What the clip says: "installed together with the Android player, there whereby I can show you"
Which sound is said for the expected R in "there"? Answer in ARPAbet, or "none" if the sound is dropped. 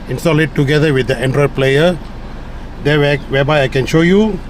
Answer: W